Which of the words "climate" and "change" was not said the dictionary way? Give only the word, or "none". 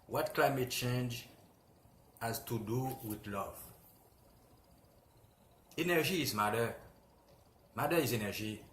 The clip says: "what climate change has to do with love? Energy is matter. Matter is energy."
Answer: none